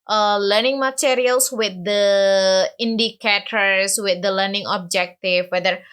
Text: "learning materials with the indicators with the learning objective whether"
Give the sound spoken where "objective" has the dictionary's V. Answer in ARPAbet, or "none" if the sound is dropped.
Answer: F